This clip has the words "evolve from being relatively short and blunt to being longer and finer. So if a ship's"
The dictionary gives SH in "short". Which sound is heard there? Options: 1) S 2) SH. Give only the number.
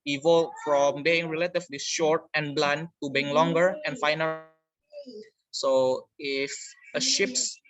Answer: 2